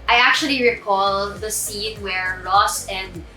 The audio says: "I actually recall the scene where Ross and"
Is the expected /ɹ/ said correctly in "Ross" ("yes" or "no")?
no